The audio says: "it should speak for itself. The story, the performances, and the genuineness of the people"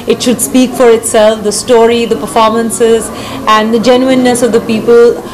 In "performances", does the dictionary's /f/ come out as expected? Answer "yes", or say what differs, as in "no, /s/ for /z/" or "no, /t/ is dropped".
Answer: yes